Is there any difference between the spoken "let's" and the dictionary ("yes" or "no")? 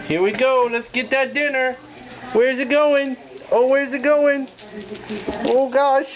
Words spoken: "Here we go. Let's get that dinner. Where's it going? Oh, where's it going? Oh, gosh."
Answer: no